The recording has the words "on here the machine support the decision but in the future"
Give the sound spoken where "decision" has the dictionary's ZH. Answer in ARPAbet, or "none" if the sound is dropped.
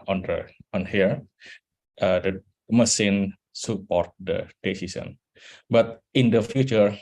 S